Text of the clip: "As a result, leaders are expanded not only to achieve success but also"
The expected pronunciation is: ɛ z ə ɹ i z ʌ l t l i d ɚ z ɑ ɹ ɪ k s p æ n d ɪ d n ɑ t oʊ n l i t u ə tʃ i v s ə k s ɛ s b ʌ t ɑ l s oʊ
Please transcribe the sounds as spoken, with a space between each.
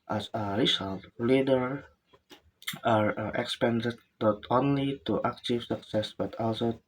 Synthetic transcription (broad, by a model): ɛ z ə ɹ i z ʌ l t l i d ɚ ɑ ɹ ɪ k s p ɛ n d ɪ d n ɑ t oʊ n l i t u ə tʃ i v s ə k s ɛ s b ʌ t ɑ l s oʊ